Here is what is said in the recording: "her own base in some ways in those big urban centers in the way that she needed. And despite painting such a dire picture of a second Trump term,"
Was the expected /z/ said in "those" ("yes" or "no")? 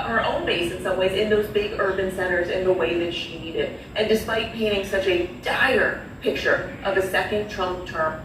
yes